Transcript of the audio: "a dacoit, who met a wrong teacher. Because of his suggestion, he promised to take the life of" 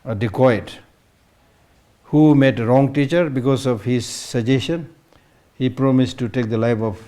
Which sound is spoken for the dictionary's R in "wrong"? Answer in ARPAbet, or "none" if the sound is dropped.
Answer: R